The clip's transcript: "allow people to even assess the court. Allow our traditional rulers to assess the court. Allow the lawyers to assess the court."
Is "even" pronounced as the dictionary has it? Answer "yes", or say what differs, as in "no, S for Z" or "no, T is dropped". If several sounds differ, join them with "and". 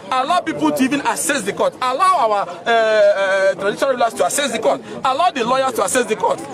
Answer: yes